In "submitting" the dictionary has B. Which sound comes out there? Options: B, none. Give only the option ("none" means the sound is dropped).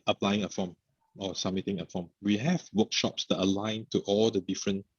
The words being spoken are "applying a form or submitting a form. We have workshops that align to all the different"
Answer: none